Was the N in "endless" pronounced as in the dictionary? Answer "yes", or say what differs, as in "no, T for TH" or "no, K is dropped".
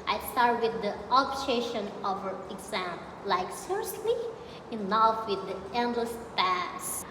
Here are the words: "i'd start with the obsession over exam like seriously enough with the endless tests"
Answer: yes